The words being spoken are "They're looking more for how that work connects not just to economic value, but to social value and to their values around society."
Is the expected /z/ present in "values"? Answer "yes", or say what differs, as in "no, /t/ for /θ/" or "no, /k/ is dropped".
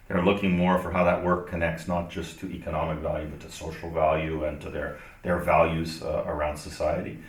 yes